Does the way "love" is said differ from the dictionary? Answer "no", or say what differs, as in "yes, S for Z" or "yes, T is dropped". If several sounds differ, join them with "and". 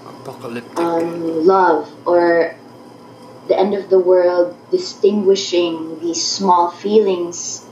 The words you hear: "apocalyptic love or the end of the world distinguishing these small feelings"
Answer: no